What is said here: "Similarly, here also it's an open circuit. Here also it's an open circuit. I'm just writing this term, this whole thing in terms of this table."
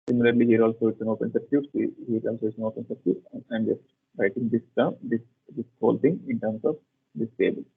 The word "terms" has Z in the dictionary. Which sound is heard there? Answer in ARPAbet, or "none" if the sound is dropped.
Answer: S